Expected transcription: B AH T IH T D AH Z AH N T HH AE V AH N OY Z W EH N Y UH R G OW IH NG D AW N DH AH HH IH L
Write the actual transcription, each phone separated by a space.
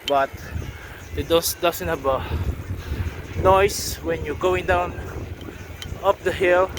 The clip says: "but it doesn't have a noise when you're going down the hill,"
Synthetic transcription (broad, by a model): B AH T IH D D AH S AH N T HH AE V AH N OY S W EH N Y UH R G OW IH NG D AW N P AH HH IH L